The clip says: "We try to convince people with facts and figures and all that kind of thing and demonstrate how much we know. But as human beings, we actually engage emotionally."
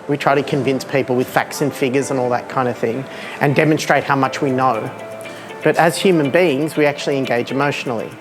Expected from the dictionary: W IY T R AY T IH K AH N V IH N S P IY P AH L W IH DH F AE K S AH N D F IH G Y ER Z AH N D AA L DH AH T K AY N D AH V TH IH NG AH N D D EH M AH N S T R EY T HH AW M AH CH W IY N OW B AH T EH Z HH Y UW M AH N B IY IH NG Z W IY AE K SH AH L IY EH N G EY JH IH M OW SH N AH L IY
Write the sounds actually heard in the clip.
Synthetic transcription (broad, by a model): W IY T R AY T IH K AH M V IH N S P IY P L W IH DH F AE K S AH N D F IH G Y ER Z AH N AA L DH AH T K AY N D AH V TH IH NG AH N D D EH M AH N S T R EY T HH AW M AH CH W IY N OW B AH T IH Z HH Y UW M AH N B IY IH NG Z W IY AE K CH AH L IY EH N G EY JH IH M OW SH N L IY